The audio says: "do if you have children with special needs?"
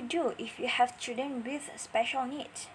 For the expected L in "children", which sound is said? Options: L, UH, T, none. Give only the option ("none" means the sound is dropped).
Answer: none